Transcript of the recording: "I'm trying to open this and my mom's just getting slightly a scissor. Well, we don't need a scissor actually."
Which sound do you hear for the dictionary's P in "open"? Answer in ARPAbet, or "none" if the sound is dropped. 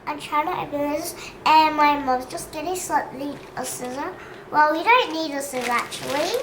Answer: B